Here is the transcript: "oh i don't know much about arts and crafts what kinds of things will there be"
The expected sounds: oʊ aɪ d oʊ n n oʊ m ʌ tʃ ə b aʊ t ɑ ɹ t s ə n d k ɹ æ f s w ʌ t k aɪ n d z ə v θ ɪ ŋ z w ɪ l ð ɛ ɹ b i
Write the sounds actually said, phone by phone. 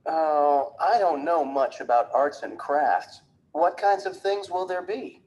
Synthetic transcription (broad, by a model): oʊ aɪ d oʊ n n oʊ m ʌ tʃ ə b aʊ t ɑ ɹ t s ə n k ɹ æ f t w ʌ t k aɪ n d z ə v θ ɪ ŋ z w ɪ l ð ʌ ɹ b i